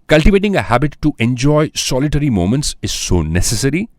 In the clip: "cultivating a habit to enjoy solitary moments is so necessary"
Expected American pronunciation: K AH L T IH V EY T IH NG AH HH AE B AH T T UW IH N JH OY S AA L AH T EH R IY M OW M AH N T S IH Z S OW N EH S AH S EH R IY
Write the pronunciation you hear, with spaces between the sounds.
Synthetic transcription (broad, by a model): K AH L T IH V EY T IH NG AH HH AE B AH T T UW IH N JH OY S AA L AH T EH R IY M OW M AH N T S IH Z S OW N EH S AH S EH R IY